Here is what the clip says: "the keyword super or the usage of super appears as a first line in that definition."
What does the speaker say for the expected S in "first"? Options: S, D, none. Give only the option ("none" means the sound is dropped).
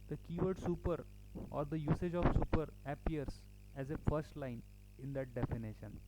S